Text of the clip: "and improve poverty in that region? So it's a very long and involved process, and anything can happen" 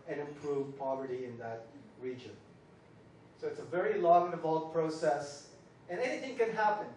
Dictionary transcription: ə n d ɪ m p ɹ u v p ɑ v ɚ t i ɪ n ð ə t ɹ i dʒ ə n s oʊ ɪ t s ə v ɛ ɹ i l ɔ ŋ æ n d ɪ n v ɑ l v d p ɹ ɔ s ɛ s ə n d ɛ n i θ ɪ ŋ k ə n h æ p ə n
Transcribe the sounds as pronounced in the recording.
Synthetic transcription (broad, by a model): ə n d ɪ m p ɹ u v p ɑ v ɚ t i ɪ n ð ə t ɹ i dʒ ə n s oʊ ɪ t s ə v ɛ ɹ i l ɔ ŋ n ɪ v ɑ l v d p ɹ ɔ s ɛ s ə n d ɛ n i θ ɪ ŋ k ə n h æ p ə n